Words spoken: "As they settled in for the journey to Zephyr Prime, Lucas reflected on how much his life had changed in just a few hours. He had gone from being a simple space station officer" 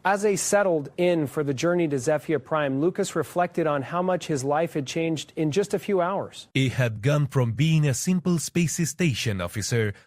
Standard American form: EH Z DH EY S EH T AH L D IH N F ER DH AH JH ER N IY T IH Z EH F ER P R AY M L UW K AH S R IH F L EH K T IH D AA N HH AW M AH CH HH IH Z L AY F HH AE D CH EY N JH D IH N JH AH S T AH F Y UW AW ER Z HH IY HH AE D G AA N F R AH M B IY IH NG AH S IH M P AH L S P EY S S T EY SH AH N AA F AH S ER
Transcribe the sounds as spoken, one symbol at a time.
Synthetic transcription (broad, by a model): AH Z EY S EH T L D IH N F ER DH AH JH ER N IY T IH Z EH F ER P R AY M L UW K AH S R IH F L EH K T IH D N HH AW M AH CH HH IH Z L AY F HH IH D CH EY N JH D IH N JH AH S T AH F Y UW AW ER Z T HH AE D G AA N F R AH M B IY IH NG AH S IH M P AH L S P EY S S T EY SH AH N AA F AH S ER